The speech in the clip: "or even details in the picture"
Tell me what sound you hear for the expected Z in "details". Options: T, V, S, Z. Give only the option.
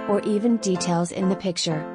Z